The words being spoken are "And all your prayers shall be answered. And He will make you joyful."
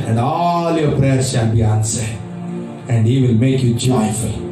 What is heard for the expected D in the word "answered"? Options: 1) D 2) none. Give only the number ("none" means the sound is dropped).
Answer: 2